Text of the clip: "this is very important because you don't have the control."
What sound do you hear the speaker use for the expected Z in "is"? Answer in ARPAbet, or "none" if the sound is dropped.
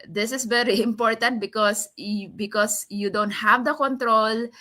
S